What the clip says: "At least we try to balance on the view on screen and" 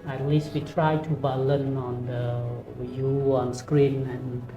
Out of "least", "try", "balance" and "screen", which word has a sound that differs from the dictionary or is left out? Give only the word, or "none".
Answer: balance